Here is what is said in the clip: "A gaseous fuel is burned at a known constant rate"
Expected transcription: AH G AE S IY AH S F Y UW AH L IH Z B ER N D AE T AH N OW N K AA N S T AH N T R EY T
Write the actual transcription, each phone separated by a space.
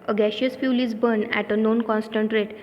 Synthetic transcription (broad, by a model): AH G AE SH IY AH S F Y UW L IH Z B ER N AE T AH N OW N K AA N S T AH N T R EY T